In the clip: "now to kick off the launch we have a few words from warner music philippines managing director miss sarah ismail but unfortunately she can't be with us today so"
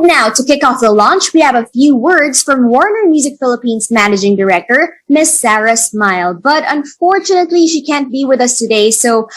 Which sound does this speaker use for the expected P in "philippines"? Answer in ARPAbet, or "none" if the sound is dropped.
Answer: P